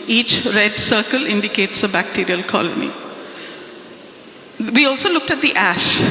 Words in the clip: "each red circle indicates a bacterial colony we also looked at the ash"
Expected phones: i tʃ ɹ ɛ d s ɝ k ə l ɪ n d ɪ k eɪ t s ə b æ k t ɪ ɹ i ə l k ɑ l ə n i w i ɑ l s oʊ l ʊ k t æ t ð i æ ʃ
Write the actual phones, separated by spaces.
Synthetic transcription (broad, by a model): i tʃ ɹ ɛ d s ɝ k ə l ɪ n d ɪ k eɪ t s ə b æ k t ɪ ɹ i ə l k ɑ l ə n i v i ɑ l s oʊ l ʊ k t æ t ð i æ ʃ